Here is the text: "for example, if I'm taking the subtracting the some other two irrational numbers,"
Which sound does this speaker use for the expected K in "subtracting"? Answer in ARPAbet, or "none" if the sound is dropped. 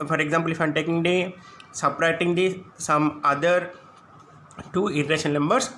none